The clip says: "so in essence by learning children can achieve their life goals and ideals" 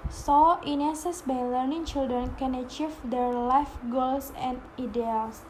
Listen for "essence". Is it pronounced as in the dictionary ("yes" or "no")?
no